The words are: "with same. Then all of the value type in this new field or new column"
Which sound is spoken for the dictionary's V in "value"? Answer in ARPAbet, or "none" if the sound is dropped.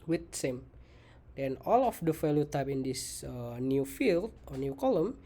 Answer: F